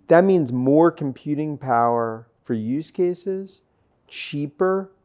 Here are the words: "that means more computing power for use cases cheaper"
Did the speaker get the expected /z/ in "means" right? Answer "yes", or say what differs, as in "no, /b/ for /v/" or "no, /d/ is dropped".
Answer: yes